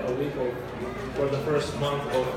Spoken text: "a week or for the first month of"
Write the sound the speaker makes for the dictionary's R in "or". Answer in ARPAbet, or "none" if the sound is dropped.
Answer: L